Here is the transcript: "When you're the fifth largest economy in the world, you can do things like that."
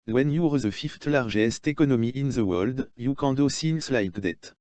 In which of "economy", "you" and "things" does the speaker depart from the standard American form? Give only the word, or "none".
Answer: things